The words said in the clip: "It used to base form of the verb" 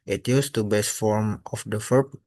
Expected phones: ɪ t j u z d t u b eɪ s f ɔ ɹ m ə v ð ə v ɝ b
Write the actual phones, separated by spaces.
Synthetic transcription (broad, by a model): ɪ t j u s t u b eɪ s f ɔ ɹ m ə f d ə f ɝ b